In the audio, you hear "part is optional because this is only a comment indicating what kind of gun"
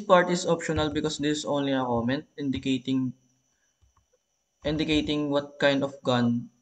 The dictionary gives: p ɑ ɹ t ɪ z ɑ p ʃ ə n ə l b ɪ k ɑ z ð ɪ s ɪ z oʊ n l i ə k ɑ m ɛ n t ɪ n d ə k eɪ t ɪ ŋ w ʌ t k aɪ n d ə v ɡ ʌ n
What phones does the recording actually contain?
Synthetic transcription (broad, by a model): p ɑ ɹ t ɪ s ɑ p ʃ ə n ə l b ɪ k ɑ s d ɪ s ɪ s oʊ n l i ə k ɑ m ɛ n t ɪ n d ə k eɪ t ɪ ŋ w ʌ t k aɪ n d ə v ɡ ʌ n